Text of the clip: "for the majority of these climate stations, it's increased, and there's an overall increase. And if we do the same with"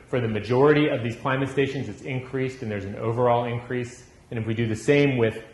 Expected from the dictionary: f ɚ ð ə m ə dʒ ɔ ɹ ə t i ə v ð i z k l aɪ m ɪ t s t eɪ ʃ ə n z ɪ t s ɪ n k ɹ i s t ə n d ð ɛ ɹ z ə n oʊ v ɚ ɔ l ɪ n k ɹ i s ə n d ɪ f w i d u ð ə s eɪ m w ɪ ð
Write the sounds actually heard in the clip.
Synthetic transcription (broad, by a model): f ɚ ð ə m ə dʒ ɔ ɹ ə t i ə v ð i z k l aɪ m ɪ t s t eɪ ʃ ə n z ɪ t s ɪ n k ɹ i s t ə n ð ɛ ɹ z n oʊ v ɚ ɔ l ɪ n k ɹ i s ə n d ɪ f w i d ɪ ð ə s eɪ m w ɪ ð